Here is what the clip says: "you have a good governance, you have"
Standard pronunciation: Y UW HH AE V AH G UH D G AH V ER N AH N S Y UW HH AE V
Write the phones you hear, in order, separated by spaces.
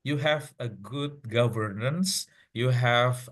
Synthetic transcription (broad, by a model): Y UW HH AE V AH G UH D G AH V ER N AH N S Y UW HH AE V